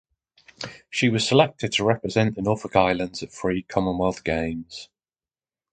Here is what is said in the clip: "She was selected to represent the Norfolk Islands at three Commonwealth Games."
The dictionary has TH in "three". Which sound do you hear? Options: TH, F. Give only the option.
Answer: F